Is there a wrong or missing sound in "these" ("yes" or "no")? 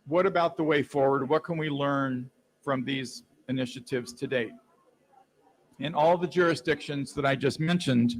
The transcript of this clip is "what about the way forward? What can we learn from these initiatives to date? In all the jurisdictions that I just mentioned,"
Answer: no